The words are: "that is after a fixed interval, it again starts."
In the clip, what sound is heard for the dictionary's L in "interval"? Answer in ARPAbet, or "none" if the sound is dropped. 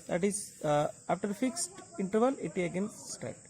L